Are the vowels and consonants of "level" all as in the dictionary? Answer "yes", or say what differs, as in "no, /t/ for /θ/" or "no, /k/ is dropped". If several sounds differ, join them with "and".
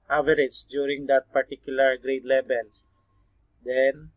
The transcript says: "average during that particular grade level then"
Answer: no, /b/ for /v/